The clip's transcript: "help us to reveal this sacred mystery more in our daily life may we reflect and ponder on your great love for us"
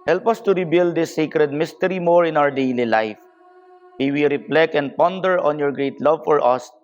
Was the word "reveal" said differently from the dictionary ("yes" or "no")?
yes